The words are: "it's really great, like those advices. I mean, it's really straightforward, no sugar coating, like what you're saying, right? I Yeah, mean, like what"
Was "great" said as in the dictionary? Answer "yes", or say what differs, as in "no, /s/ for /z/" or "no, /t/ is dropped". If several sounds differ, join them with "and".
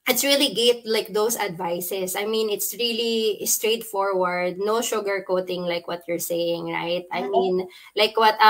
no, /ɹ/ is dropped